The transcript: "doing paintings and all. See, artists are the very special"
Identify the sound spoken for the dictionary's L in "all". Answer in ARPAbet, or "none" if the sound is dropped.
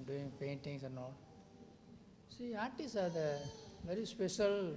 L